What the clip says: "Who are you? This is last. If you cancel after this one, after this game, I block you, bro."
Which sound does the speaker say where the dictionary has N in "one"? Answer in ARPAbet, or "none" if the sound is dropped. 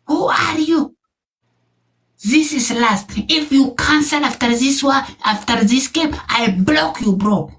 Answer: none